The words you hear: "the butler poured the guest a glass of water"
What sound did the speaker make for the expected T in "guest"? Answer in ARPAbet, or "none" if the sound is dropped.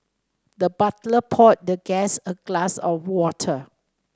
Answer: none